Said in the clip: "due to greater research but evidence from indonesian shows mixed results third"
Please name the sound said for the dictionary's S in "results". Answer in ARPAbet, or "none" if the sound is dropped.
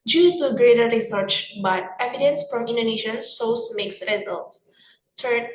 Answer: S